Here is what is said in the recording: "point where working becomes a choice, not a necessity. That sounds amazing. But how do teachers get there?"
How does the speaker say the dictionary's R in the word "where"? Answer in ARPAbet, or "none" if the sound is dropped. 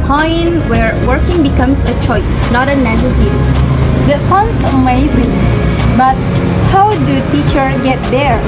R